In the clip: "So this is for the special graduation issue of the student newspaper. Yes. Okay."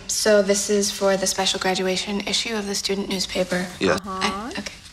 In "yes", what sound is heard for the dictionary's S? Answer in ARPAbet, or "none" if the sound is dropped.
none